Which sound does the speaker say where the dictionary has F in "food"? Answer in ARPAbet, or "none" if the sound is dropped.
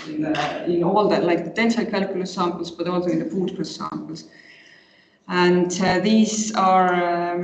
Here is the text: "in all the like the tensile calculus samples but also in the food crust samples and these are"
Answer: P